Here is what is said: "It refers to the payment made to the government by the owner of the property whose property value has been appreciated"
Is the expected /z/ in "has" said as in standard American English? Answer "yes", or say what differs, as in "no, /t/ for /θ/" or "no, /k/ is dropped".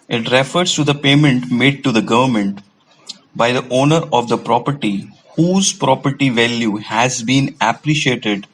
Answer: yes